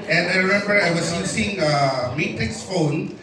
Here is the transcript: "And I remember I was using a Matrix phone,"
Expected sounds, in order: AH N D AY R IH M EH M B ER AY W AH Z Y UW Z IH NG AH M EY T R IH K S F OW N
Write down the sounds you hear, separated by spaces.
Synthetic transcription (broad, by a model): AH N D AY R IH M EH M B ER AY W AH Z Y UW S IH NG AH M EY T R IH K S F OW N